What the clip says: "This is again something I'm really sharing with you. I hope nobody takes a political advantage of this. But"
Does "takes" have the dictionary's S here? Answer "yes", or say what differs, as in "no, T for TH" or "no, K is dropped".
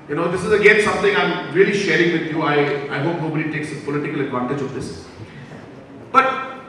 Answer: yes